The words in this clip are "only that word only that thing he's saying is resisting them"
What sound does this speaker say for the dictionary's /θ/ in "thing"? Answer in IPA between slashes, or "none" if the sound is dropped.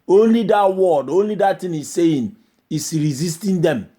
/t/